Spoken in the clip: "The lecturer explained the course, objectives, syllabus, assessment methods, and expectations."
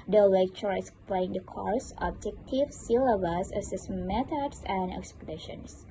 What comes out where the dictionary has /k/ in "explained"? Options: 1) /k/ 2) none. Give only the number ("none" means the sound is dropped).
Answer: 2